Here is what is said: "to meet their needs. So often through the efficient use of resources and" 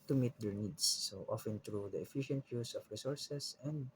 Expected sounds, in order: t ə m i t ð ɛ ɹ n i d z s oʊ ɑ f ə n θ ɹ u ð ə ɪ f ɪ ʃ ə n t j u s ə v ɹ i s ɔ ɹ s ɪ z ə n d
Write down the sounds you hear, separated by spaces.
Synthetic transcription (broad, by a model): t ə m i t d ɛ ɹ n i d s oʊ ɑ f ə n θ ɹ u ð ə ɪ f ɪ ʃ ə n t j u s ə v ɹ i s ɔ ɹ s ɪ s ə n d